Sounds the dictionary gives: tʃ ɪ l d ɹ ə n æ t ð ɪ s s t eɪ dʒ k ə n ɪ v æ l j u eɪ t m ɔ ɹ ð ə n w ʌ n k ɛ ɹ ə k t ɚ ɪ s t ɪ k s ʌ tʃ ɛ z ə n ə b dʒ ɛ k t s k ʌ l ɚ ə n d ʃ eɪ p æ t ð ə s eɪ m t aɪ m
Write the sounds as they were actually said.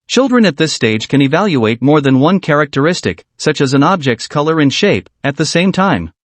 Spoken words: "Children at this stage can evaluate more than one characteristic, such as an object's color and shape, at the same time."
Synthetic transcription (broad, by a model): tʃ ɪ l d ɹ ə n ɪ t ð ɪ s s t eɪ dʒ k ə n ɪ v æ l j u eɪ t m ɔ ɹ ð ə n w ʌ n k ɛ ɹ ə k t ɚ ɪ s t ɪ k s ʌ tʃ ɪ z ə n ə b dʒ ɛ k t s k ʌ l ɚ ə n ʃ eɪ p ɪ t ð ə s eɪ m t aɪ m